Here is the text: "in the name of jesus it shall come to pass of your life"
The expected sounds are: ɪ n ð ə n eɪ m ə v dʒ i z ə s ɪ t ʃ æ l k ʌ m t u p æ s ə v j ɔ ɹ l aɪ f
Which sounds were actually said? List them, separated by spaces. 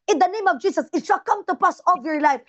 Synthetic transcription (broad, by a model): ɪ n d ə n eɪ m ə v dʒ i s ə s ɪ t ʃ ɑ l k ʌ m t u p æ s ə v j ɔ ɹ l aɪ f